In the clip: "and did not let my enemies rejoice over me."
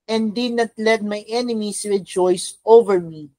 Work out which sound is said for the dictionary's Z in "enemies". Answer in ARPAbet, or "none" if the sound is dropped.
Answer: S